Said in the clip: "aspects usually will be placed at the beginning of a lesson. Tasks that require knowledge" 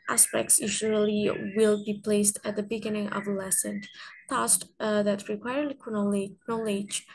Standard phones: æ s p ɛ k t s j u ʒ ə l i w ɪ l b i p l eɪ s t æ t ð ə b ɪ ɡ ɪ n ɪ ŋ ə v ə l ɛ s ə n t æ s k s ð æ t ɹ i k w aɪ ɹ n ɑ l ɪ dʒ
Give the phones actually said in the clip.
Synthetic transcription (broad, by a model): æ s p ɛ k t s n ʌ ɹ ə l i w ɪ l b i p l eɪ s t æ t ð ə b ɪ ɡ ɪ n ɪ ŋ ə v ə l ɛ s ə n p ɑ s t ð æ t ɹ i k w aɪ ɹ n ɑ l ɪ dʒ